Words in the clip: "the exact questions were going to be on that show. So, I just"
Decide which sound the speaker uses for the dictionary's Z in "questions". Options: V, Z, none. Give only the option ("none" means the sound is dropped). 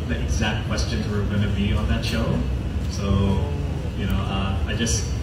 Z